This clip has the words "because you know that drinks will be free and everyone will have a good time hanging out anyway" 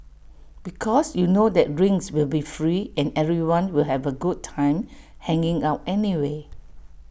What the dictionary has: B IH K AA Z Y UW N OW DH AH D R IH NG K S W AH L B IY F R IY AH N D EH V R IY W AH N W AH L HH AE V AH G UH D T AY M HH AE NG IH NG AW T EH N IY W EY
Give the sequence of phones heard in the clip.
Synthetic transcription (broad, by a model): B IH K AA S Y UW N OW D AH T R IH NG S W AH L B IY F R IY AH N EH V R IY W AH N W AH L HH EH V AH G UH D T AY M HH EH NG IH NG AW T EH N IY W EY